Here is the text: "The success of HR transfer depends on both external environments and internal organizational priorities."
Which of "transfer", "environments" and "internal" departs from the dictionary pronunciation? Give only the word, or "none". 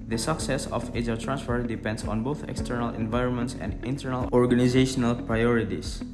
none